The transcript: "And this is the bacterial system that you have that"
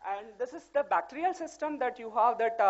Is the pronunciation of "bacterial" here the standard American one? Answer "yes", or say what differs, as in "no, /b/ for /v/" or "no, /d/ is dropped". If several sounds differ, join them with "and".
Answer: yes